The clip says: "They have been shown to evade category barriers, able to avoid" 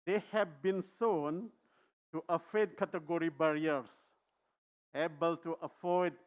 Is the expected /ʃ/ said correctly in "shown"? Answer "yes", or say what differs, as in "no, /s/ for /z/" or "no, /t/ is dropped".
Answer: no, /s/ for /ʃ/